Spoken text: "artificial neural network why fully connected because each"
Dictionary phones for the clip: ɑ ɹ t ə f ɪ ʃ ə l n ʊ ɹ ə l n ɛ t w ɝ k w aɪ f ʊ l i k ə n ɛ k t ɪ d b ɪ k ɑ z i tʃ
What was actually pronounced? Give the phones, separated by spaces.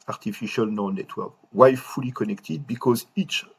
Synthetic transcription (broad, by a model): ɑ ɹ t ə f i ʃ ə l n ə n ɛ t w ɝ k w aɪ f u l i k ə n ɛ k t ɪ d b ɪ k ɑ z i tʃ